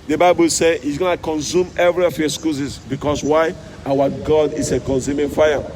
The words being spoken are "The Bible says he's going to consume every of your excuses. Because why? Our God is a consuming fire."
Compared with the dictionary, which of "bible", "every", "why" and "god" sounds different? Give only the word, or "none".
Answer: none